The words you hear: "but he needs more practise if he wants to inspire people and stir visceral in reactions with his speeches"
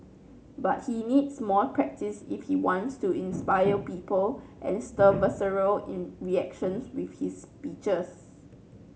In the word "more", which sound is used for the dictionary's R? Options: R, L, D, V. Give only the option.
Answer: L